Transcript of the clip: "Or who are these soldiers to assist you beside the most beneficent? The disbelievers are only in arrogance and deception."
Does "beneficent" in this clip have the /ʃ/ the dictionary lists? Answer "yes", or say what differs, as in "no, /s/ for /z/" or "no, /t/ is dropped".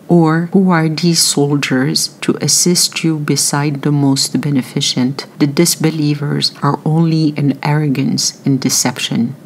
yes